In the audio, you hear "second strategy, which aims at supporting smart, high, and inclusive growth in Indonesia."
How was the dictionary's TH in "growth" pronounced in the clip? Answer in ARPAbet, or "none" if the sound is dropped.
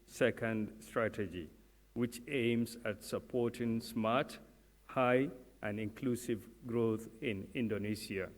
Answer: T